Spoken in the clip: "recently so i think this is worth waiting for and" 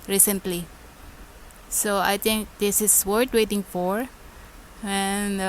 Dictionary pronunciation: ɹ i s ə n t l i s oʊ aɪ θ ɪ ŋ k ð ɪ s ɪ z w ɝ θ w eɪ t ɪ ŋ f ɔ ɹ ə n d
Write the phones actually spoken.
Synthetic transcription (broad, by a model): ɹ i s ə n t l i s oʊ aɪ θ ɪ ŋ k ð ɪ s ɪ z w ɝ t w eɪ t ɪ ŋ f ɔ ɹ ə n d